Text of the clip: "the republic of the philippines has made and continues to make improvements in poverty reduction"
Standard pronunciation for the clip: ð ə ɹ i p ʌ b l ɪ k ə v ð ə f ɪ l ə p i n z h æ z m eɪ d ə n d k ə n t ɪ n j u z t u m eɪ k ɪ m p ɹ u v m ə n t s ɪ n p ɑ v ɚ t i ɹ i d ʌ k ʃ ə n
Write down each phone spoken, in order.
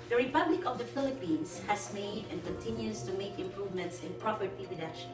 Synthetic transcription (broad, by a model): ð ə ɹ i p ʌ b l ɪ k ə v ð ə f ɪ l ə p i n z h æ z m eɪ d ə n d k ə n t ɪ n j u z t u m eɪ k ɪ m p ɹ u v m ə n t s ɪ n p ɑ p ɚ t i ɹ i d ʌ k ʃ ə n